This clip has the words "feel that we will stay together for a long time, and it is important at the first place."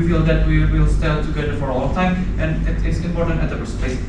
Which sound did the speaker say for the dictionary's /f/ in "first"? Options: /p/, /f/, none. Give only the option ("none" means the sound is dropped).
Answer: /p/